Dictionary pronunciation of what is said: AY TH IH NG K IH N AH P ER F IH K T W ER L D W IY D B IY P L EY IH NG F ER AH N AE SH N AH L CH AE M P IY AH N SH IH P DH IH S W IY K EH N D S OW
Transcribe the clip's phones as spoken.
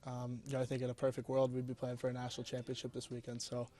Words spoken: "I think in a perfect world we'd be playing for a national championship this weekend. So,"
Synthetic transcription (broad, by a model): AY TH IH NG K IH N AH P ER F IH K T W ER L D W IY D B IY P L EY IH NG F ER AH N AE SH N L CH AE M P IY AH N SH IH P DH IH S W IY K EH N D S OW